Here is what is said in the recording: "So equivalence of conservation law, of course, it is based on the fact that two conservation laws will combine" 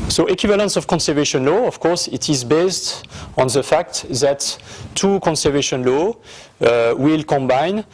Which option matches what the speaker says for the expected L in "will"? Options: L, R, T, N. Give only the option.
L